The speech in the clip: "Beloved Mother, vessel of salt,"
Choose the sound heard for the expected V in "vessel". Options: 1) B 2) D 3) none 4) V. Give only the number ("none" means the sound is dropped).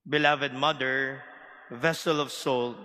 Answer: 4